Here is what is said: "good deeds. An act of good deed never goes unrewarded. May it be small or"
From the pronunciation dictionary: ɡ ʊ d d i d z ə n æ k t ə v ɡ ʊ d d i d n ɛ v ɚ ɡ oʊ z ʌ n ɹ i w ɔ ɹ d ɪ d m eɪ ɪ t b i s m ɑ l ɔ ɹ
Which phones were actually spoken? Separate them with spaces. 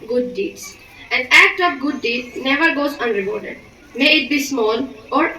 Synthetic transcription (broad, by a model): ɡ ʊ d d i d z ə n æ k t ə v ɡ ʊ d d i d n ɛ v ɚ ɡ oʊ z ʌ n ɹ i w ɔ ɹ d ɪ d m eɪ ɪ t b i s m ɑ l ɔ ɹ